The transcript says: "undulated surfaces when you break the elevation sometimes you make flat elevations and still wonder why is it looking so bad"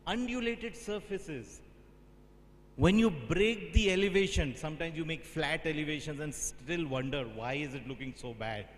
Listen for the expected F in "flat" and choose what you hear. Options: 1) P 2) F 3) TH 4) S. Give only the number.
2